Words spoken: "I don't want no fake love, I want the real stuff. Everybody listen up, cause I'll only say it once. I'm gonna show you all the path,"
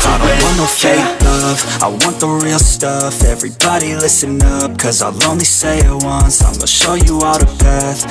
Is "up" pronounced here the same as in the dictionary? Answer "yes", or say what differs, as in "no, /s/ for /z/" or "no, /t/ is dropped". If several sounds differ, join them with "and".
yes